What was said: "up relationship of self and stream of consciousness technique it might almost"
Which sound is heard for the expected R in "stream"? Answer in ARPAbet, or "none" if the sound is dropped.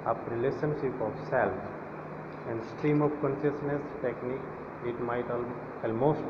R